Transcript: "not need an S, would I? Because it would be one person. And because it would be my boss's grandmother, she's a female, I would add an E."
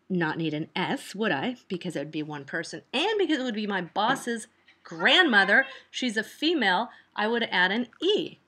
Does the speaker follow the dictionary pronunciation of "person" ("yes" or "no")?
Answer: yes